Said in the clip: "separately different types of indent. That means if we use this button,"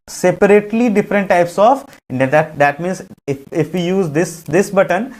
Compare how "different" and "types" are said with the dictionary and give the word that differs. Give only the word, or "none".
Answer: none